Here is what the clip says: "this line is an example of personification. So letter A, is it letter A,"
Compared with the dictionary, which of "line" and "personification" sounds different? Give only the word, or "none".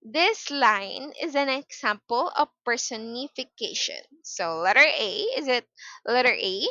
none